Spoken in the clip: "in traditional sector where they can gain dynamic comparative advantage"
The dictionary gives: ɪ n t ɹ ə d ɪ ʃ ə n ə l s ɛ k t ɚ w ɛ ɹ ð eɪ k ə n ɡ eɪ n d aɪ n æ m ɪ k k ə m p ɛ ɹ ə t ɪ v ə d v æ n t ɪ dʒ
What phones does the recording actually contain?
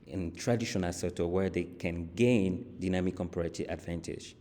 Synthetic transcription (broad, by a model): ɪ n t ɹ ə d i ʃ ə n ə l s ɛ t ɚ w ɛ ɹ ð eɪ k ə n ɡ eɪ n d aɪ n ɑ m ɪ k k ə m p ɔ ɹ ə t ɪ ə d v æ n t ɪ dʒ